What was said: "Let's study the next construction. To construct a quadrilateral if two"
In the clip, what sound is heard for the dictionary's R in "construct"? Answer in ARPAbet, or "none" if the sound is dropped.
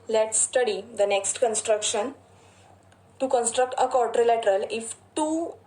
R